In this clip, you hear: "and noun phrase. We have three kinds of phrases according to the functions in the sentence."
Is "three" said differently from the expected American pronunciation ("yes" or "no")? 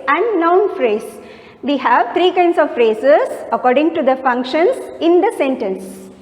yes